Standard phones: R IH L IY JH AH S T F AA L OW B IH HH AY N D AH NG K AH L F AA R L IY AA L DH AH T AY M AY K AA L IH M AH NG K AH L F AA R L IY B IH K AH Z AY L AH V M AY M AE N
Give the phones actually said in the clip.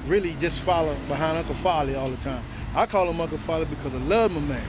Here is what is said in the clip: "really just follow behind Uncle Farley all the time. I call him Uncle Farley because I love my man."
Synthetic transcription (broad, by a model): R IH L IY JH AH S T F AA L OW B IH HH AY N AH K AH F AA L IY AA L DH AH T AY M AY K AA L IH M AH K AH F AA L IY B IH K AH Z AY L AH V M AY M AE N